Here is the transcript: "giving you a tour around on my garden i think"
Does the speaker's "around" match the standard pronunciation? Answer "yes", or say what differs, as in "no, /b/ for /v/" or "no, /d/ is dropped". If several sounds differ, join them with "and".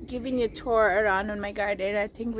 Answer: yes